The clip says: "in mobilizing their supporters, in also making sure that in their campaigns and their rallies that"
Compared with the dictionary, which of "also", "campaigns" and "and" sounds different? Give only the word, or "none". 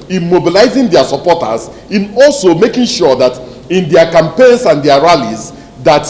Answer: campaigns